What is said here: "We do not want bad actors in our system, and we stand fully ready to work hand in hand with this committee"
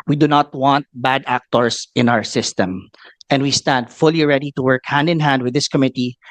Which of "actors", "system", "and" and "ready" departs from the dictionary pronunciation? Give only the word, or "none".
actors